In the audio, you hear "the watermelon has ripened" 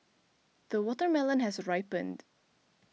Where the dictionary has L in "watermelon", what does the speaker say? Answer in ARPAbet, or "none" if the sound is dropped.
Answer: L